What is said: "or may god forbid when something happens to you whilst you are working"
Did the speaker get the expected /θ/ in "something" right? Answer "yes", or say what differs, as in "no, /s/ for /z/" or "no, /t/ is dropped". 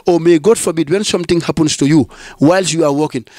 no, /t/ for /θ/